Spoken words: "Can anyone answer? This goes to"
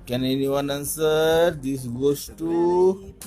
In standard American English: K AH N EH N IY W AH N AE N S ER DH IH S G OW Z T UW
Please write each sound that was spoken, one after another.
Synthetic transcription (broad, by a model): K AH N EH N IY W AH N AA N S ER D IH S G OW S T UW